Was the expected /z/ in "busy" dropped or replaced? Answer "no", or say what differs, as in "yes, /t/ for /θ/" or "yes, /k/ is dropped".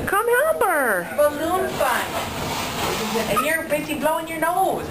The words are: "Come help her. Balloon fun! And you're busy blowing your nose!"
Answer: yes, /s/ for /z/